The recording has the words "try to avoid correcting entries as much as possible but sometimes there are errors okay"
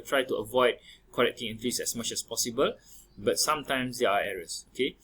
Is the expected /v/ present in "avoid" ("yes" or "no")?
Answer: yes